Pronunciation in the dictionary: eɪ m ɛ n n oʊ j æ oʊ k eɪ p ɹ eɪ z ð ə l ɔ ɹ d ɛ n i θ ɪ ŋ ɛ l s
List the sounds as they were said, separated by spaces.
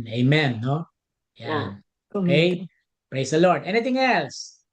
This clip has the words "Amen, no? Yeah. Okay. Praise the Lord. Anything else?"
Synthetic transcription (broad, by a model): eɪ m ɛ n n oʊ j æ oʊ eɪ p ɹ eɪ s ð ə l ɔ ɹ d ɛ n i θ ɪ ŋ ɛ l s